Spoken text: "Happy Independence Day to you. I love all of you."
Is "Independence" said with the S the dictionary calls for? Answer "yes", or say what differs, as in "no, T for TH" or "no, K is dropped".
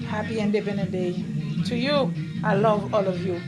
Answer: no, S is dropped